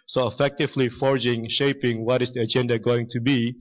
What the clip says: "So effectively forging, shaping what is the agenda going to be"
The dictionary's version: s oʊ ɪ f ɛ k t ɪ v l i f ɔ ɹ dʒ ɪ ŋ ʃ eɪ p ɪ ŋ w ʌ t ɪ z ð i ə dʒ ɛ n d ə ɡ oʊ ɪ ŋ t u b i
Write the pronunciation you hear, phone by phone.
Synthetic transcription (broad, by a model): s oʊ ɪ f ɛ k t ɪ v l i f ɔ ɹ dʒ ɪ ŋ ʃ eɪ p ɪ ŋ w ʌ t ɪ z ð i ə dʒ ɛ n d ə ɡ oʊ ɪ ŋ t u b i